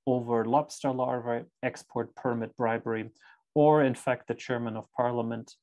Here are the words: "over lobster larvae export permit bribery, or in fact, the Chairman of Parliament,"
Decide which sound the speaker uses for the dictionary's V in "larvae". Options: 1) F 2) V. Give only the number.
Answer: 2